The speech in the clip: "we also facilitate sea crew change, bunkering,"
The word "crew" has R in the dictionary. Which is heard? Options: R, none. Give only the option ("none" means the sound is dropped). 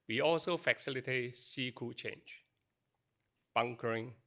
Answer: none